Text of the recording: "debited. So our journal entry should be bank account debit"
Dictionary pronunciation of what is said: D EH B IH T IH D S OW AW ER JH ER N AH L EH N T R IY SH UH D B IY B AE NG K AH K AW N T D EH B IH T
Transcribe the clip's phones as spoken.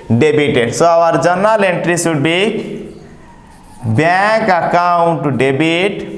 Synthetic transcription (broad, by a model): D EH B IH T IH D S OW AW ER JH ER N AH L EH N T R IY S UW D B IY B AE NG K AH K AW N T D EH B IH T